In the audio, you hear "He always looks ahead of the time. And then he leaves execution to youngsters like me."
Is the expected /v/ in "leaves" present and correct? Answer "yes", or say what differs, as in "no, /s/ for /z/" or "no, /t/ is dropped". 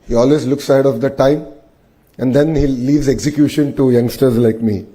yes